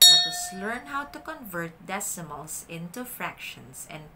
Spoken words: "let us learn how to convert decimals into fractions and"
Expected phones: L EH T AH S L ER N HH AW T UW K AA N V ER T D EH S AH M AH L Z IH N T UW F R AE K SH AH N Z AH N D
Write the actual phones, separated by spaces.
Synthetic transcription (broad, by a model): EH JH AH S L ER N HH AW T UW K AA N V ER T D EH S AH M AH L S IH N T UW F R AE K SH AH N S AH N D